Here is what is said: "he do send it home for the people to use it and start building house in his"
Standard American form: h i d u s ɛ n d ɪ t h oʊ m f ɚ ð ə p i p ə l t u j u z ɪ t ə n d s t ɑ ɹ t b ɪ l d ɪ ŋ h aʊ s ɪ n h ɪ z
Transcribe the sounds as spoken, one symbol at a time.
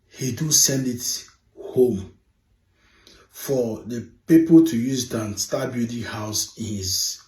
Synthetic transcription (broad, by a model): h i d u s ɛ n d ɪ t h oʊ m f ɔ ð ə p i p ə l t u j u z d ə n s t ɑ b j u d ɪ h aʊ s ɪ n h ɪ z